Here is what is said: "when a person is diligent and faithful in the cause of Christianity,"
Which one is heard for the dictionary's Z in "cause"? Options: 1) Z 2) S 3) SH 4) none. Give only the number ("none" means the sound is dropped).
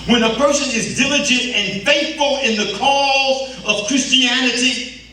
1